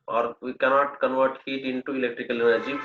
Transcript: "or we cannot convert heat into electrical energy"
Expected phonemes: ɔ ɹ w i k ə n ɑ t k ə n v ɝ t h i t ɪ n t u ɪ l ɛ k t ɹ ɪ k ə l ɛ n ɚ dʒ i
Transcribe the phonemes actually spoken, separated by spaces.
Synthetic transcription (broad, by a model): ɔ ɹ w i k ə n ɑ t k ə n v ɝ t h i t ɪ n t u ɪ l ɛ k t ɹ ɪ k ə l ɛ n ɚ dʒ i